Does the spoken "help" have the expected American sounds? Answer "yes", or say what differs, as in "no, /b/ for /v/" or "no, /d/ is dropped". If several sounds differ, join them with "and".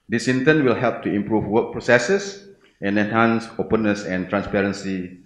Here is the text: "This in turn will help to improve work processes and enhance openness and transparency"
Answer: yes